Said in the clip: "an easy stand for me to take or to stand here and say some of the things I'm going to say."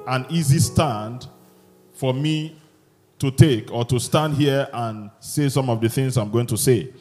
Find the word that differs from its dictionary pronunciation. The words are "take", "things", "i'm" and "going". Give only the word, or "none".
none